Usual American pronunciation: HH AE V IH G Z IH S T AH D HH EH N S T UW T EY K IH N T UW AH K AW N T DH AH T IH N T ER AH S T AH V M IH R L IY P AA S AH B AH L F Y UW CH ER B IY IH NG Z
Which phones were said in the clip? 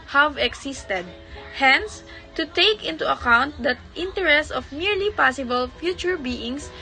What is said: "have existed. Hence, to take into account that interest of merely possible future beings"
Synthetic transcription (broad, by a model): HH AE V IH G S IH S T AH D HH EH N S T UW T EY K IH N T UW AH K AW N T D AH T IH N T ER AH S T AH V M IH R L IY P AA S AH B AH L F Y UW CH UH B IY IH NG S